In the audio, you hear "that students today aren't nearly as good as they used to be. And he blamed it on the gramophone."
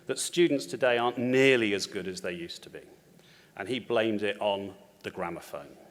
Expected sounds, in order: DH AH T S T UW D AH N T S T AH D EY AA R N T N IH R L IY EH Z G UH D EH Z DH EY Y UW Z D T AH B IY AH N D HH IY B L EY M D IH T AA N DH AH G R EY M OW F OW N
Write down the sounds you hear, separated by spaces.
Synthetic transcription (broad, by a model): DH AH T S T UW D N T S T AH D EY AA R N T N IH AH L IY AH Z G UH D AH Z DH EY Y UW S T AH B IY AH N IY B L EY M D IH T N DH AH G R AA M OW F OW N